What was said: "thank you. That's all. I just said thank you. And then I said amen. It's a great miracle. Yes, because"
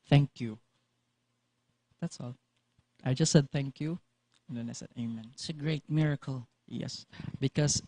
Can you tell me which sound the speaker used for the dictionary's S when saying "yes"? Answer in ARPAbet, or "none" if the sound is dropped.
S